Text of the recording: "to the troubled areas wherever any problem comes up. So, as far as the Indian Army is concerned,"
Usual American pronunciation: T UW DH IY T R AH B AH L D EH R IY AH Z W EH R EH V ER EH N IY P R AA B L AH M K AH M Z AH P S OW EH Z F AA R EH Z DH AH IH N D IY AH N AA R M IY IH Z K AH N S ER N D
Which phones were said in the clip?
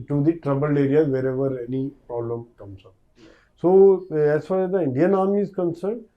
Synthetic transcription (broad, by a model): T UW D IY T R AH B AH L EH R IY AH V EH R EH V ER EH N IY P R AA B L AH M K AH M S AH S OW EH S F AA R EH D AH IH N D IY AH N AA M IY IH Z K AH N S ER N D